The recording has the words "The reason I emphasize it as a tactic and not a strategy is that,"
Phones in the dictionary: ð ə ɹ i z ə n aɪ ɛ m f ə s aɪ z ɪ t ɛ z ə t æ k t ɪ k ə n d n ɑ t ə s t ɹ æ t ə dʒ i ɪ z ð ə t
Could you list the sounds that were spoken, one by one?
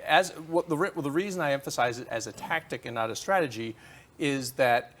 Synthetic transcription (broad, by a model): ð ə ɹ i z ə n aɪ ɛ m f ə s aɪ z ɪ t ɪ z ə t æ k t ɪ k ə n n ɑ t ə s t ɹ æ t ə dʒ i ɪ z ð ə t